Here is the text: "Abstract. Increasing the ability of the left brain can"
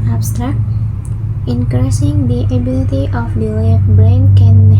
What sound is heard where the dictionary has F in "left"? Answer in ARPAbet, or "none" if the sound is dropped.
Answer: none